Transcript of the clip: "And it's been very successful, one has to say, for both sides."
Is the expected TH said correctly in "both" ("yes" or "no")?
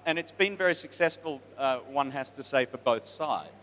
yes